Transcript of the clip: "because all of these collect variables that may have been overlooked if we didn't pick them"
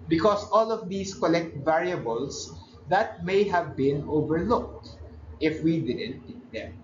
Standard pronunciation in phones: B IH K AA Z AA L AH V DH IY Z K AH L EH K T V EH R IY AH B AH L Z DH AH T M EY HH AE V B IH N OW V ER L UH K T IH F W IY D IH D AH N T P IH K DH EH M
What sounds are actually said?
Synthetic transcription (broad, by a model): B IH K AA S AA L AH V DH IY S K AH L EH K T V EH R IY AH B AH L S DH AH T M EY HH AE V B IH N OW V ER L UH K T IH F W IY D IH D AH N T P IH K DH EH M